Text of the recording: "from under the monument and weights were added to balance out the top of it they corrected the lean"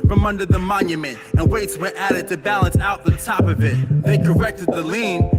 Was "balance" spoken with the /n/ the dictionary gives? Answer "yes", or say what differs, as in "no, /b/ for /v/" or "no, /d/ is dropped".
yes